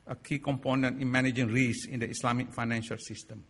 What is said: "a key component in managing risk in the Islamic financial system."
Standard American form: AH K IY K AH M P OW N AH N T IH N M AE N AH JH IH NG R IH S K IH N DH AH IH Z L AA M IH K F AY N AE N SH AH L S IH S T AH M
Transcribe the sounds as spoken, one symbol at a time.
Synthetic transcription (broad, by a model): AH K IY K AH M P OW N AH N T IH N M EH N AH JH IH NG R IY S IH N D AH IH S L AA M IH K F AY N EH N SH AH L S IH S T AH M